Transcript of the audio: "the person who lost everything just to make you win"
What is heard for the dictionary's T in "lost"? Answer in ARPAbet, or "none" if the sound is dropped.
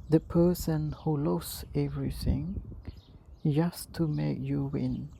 none